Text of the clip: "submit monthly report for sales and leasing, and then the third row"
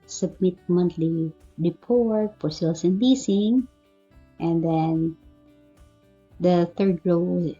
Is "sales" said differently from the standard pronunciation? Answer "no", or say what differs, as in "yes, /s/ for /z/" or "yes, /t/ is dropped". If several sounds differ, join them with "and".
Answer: yes, /s/ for /z/